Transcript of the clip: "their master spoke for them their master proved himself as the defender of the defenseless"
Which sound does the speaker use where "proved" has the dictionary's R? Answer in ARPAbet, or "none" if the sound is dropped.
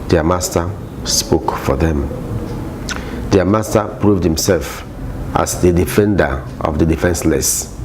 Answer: R